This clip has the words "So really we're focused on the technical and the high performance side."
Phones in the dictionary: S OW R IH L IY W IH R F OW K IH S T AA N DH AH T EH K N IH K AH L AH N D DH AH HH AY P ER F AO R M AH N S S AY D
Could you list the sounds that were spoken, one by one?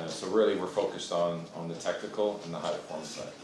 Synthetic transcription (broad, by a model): S OW R IH L IY W IH R F OW K IH S T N N DH AH T EH K N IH K L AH N DH AH HH AY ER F AO R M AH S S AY